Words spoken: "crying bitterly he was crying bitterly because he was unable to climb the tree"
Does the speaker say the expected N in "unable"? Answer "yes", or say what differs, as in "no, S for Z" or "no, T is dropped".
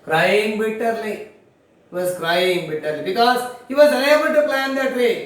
no, L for N